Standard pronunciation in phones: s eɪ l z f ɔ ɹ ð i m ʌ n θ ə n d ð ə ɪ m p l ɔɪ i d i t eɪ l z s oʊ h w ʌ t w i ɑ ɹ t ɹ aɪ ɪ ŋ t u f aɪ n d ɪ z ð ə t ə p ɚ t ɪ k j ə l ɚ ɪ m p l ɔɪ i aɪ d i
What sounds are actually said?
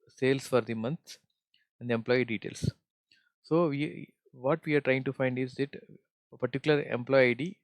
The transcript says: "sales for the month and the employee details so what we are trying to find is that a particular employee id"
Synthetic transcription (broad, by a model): s eɪ l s f ɔ ɹ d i m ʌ n s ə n d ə m p l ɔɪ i d i t eɪ l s s oʊ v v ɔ t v i ɑ ɹ t ɹ aɪ ɪ ŋ t u f aɪ n d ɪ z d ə t ə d t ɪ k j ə l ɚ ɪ m p l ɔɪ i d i